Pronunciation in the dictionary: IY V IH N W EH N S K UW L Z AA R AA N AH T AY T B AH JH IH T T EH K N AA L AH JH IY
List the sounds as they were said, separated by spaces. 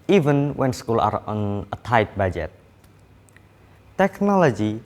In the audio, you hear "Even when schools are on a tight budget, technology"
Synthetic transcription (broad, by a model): IY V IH N W EH N S K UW L AA R AA N AH T AY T B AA JH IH T T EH K N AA L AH JH IY